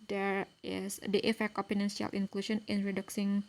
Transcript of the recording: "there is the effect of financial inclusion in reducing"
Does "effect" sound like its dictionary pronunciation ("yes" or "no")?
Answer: yes